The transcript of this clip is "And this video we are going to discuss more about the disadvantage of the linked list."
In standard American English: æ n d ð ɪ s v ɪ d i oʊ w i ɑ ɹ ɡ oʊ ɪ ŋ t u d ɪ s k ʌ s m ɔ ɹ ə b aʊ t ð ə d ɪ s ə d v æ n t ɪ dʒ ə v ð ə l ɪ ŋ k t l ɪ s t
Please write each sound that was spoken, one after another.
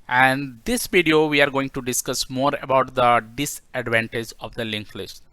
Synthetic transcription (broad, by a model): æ n d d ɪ s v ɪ d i oʊ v i ɑ ɹ ɡ oʊ ɪ ŋ t u d ɪ s k ʌ s m ɔ ɹ ə b aʊ t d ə d ɪ s ə d v æ n t ɪ dʒ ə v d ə l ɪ ŋ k l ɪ s t